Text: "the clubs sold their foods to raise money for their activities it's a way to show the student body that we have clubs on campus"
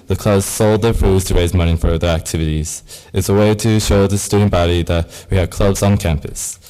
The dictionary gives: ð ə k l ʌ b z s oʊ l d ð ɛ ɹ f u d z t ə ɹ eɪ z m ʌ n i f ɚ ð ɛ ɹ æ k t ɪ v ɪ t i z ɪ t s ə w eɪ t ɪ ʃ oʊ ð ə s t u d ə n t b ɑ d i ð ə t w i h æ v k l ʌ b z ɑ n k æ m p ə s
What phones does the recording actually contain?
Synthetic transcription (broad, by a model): ð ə k l ʌ b z s oʊ l d ð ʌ ɹ f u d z t ə ɹ eɪ z m ʌ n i f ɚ ð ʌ ɹ æ k t ɪ v ɪ t i z ɪ t s ə w eɪ t ɪ ʃ oʊ ð ə s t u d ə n b ɑ d i ð ə t w i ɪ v k l ʌ b z n k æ m p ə s